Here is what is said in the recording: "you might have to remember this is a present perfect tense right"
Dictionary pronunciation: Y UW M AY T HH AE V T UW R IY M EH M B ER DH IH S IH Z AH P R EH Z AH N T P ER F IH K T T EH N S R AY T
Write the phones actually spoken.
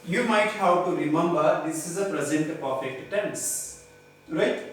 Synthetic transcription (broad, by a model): Y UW M AY T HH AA W T UW R IY M EH M B ER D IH S IH Z AH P R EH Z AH N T P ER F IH K T T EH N S R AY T